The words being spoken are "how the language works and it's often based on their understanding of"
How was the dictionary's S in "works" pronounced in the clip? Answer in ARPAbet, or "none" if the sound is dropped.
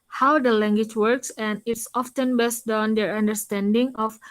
S